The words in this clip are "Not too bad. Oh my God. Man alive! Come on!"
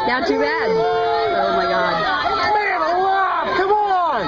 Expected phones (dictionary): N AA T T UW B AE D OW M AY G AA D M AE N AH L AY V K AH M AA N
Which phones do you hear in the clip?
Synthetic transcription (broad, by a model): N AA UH T UW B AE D OW M AY G AA D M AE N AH W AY K AH M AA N